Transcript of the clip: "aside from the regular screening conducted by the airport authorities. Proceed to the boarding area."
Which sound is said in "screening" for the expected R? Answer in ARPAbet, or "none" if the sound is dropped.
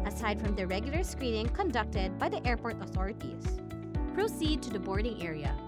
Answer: R